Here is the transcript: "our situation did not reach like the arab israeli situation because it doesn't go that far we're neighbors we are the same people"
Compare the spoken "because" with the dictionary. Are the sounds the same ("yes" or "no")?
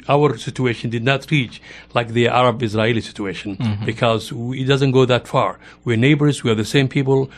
yes